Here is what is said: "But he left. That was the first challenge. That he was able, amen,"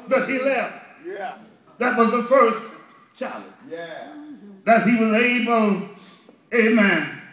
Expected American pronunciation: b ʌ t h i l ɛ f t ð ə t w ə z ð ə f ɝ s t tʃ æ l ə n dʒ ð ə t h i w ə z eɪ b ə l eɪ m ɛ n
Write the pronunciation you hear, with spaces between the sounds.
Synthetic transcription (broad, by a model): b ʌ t h i l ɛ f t ð ə t w ə z ð ə f ɝ s t tʃ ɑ ə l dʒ ð ə t h i w ə z eɪ b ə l eɪ m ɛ n